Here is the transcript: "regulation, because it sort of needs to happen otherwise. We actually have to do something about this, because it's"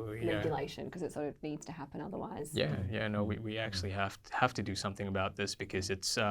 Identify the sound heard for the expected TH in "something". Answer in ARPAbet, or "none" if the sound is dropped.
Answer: TH